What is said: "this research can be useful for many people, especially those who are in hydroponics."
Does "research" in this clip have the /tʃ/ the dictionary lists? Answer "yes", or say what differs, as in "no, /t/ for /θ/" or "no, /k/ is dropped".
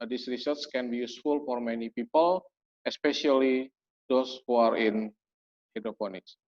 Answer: no, /s/ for /tʃ/